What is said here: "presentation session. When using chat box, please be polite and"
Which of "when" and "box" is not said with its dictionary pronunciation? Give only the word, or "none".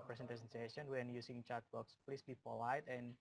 none